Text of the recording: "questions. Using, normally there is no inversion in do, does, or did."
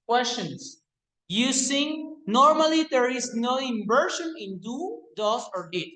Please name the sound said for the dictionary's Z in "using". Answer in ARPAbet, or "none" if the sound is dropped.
S